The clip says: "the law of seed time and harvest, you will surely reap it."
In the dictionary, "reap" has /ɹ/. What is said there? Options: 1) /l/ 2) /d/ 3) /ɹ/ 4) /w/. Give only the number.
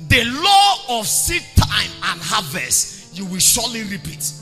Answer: 3